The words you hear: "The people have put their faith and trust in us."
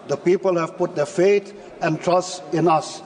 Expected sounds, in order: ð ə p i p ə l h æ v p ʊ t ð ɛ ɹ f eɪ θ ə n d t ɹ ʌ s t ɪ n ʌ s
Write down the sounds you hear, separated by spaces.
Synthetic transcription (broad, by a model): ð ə p i p ə l h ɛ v p ʊ t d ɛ f eɪ t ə n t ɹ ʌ s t ɪ n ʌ s